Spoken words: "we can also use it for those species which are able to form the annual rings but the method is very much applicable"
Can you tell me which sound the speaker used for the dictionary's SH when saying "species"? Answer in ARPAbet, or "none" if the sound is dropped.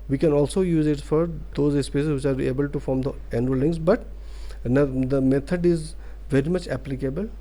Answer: S